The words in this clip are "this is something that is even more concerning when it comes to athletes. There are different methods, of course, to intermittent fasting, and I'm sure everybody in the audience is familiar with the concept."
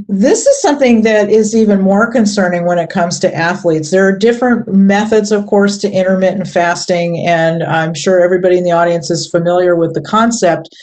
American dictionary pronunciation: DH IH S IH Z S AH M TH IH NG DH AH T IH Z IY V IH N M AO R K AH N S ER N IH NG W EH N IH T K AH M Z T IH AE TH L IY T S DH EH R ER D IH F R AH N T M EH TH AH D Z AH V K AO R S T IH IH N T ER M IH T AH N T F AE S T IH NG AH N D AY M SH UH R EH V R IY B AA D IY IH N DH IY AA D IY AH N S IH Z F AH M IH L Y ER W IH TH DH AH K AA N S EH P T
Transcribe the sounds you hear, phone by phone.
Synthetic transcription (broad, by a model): DH IH S IH Z S AH M TH IH NG DH AH T IH Z IY V IH N M AO R K AH N S ER N IH NG W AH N IH T K AH M Z T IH AE TH L IY T S DH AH R D IH F R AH N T M EH TH AH D Z AH V K AO R S T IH IH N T ER M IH T N F AE S T IH NG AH N AY M SH UH R EH V R IY B AA D IY IH N DH IY AA D IY AH N S IH Z F AH M IH L Y ER W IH DH AH K AA N S EH P T